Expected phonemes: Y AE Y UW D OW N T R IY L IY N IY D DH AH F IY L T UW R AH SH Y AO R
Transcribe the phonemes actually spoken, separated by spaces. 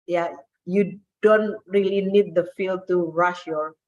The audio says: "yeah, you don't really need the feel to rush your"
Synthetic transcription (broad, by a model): Y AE Y UW D OW N T R IY L IY N IY D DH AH F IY L T UW R AH SH Y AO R